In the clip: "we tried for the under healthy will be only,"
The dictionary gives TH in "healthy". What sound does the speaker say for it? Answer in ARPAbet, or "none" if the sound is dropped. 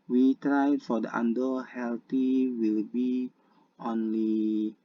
T